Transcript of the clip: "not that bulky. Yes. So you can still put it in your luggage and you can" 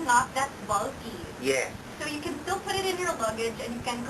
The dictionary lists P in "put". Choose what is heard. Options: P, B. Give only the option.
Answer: P